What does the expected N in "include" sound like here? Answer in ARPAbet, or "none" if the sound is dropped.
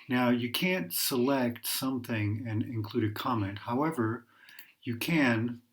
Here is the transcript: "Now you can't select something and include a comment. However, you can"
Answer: N